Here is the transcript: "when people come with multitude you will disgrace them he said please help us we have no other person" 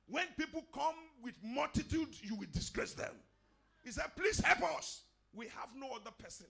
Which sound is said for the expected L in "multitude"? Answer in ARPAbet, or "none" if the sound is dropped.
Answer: L